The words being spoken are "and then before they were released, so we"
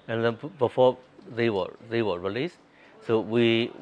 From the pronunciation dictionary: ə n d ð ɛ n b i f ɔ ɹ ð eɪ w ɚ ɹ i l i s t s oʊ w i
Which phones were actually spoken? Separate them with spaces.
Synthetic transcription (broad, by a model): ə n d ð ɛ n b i f ɔ w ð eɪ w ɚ ɹ i l i s t s oʊ w i